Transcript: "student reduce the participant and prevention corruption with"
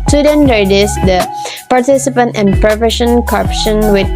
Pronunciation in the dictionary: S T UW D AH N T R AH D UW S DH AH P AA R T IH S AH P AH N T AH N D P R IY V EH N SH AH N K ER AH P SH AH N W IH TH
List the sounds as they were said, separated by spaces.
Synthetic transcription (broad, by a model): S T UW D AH N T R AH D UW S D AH P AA R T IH S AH P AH N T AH N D P R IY F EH SH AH N K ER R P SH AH N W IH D